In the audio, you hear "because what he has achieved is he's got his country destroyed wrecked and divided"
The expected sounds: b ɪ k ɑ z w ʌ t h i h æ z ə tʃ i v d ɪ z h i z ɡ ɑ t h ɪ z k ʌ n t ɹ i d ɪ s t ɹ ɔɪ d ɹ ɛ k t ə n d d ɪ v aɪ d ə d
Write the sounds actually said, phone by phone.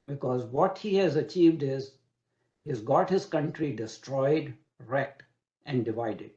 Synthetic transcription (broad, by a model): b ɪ k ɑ z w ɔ t h i h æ z ə tʃ i v d ɪ z h i z ɡ ɑ t h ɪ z k ʌ n t ɹ i d ɪ s t ɹ ɔɪ d ɹ ɛ k t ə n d d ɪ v aɪ d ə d